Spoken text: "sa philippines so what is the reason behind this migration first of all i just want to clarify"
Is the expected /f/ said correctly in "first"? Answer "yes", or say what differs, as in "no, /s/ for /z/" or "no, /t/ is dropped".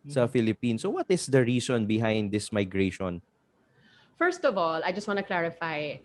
yes